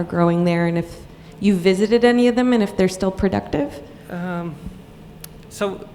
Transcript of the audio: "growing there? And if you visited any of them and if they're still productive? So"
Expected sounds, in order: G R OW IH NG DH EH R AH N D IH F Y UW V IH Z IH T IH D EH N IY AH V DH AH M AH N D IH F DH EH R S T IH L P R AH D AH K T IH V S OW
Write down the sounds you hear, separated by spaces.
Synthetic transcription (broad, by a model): G R OW IH NG DH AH R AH N IH F Y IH V IH Z IH T IH D EH N IY AH V DH AH M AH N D IH F DH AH R S T IH L P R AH D AH K T IH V S OW